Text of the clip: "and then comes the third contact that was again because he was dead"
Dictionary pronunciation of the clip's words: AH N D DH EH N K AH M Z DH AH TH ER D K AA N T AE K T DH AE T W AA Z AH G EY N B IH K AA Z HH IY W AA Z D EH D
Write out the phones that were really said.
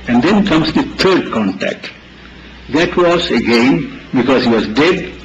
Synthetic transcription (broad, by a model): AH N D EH N K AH M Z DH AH T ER D K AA N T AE K T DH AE T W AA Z AH G EY N B IH K AA Z HH IY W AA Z D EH D